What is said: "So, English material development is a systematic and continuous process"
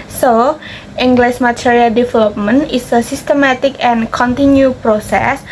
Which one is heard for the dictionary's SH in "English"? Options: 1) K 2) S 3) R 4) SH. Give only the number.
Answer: 2